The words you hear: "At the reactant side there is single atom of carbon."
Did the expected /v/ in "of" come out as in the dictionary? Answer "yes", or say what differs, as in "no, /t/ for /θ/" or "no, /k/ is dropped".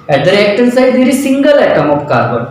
no, /p/ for /v/